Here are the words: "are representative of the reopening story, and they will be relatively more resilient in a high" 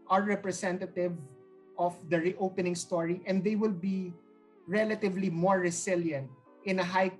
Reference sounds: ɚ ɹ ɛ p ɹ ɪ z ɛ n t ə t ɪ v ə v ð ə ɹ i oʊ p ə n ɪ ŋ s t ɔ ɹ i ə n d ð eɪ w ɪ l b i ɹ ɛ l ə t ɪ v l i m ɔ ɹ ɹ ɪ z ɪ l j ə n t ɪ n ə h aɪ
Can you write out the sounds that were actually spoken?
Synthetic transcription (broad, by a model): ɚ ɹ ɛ p ɹ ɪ s ɛ n t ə t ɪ v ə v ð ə ɹ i oʊ p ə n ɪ ŋ s t ɔ ɹ i ə n d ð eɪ w ɪ l b i ɹ ɛ l ə t ɪ v l i m ɔ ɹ ɹ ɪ s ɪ l j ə n t ɪ n ə h aɪ